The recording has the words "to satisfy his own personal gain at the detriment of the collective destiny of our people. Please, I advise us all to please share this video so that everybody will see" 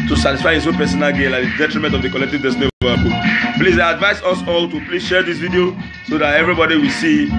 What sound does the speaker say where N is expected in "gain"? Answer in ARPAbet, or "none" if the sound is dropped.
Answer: L